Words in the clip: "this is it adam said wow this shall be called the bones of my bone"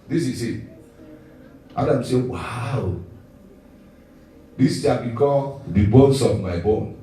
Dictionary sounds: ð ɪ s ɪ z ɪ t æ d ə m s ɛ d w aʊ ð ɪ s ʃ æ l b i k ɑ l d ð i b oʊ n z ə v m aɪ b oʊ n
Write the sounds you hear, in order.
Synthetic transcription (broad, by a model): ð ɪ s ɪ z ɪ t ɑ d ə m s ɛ w aʊ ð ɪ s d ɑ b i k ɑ d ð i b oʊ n s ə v m aɪ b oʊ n